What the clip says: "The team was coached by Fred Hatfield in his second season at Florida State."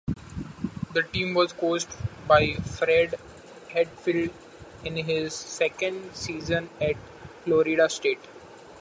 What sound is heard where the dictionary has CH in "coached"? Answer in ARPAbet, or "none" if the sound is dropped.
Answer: S